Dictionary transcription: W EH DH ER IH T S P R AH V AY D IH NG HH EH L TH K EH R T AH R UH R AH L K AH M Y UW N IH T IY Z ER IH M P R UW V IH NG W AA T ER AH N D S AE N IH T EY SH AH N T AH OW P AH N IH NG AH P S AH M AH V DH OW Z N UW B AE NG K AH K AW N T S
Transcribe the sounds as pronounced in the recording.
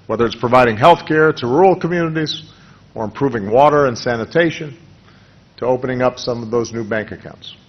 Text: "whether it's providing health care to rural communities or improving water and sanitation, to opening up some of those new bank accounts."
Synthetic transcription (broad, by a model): W EH DH ER IH T S P R AH V AY D IH NG HH EH L TH K EH R T AH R R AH L K AH M Y UW N IH T IY Z ER IH M P R UW V IH NG W AA T ER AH N S AE N IH T EY SH AH N T AH OW P AH N IH NG AH P S AH M AH V DH OW Z N UW B AE NG K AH K AW N T S